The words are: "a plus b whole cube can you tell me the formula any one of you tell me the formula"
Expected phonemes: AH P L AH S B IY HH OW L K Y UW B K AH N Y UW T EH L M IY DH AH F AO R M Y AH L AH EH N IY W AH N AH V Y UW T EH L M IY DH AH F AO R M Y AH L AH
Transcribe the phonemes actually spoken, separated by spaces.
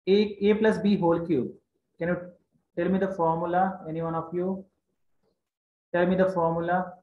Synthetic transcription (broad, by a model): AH P L AH S B IY HH OW L K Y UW K AH N Y UW T EH L M IY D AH F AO R M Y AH L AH EH N IY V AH N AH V Y UW T EH L M IY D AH F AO R M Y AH L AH